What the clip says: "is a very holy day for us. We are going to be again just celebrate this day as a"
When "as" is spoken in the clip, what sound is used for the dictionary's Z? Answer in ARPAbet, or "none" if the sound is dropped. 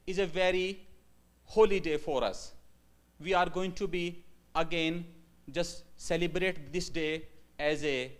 Z